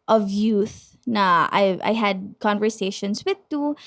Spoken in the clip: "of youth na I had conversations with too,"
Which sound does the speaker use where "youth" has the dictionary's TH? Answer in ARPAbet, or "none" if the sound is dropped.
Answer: TH